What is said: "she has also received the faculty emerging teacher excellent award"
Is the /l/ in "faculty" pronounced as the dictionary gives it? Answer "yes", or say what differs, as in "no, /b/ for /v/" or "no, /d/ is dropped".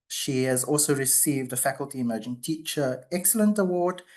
yes